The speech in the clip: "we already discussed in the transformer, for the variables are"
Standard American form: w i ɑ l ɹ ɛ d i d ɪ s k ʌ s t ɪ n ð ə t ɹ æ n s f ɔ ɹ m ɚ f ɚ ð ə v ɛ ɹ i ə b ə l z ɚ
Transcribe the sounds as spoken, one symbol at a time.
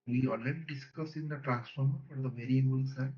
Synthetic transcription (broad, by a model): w i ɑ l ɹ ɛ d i d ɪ s k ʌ s ɪ n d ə t ɹ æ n s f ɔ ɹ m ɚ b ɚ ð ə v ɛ ɹ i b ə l s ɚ